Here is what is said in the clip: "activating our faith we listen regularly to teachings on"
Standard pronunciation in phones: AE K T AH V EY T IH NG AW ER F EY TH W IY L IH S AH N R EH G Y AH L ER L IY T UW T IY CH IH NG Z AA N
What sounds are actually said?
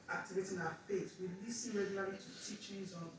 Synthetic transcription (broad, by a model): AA K T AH V EY T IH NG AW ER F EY T W IY L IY S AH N R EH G Y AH L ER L IY T UW T IY CH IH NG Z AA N